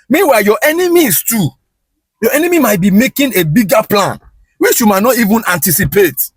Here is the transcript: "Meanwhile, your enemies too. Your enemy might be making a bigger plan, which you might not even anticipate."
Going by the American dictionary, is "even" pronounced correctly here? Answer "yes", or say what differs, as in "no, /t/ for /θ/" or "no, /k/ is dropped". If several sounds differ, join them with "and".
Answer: yes